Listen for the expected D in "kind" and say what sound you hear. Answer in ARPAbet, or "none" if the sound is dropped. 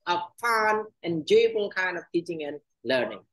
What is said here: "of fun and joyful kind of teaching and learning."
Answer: none